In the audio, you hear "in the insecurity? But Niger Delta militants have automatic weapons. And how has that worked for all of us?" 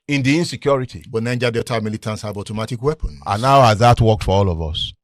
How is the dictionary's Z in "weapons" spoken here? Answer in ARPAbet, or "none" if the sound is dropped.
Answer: none